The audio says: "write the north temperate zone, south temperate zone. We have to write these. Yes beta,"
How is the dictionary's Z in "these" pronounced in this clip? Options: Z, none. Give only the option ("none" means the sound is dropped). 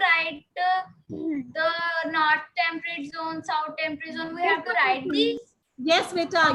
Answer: none